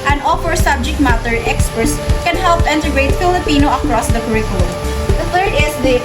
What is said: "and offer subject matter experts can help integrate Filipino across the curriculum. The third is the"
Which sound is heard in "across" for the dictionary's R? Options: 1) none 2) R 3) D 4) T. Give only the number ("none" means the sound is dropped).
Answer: 2